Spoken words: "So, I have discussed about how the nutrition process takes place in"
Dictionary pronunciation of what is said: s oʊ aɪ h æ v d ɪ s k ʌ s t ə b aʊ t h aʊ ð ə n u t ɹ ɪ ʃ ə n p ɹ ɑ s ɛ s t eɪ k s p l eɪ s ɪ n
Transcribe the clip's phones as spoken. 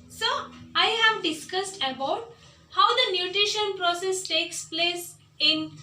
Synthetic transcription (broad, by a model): s oʊ aɪ h æ v d ɪ s k ʌ s t ə b aʊ t h aʊ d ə n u t ɹ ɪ ʃ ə n p ɹ ɑ s ɛ s t eɪ k s p l eɪ s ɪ n